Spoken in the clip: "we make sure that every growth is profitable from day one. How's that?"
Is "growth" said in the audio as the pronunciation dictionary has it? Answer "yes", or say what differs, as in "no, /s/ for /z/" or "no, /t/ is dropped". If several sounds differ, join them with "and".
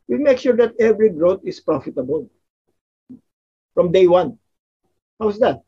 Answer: no, /t/ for /θ/